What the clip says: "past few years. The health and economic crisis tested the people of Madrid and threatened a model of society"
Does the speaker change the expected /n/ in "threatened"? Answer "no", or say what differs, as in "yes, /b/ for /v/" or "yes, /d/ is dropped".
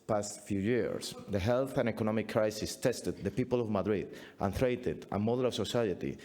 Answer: yes, /n/ is dropped